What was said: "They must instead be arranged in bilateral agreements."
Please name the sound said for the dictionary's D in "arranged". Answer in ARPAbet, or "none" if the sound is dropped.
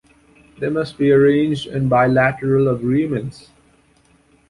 D